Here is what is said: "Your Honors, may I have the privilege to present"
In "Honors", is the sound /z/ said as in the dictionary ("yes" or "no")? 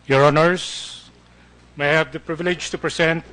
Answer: no